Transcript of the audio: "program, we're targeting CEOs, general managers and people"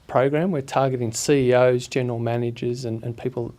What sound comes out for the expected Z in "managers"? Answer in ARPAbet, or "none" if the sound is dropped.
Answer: Z